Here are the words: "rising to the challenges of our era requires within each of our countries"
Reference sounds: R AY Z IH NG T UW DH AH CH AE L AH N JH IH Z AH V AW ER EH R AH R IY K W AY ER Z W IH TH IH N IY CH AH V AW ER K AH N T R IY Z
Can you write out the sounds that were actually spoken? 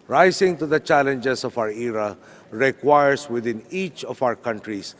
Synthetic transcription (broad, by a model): R AY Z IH NG T UW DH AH CH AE L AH N JH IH S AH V AW ER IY R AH R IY K W AY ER S W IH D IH N IY CH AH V AW ER K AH N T R IY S